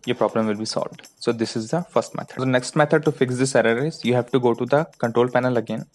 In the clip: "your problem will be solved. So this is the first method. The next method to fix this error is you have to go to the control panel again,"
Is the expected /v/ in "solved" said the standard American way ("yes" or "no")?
yes